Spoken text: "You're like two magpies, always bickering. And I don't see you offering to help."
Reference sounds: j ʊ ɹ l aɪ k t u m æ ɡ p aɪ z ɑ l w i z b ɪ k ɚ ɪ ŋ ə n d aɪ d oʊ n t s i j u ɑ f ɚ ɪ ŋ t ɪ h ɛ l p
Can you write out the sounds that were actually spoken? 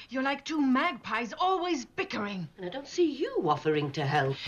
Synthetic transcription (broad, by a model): j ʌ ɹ l aɪ k t u m æ ɡ p aɪ z ɑ l w i z b ɪ k ɚ ɪ ŋ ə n aɪ d oʊ n t s i j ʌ ɑ f ɚ ɪ ŋ t ɪ h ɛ l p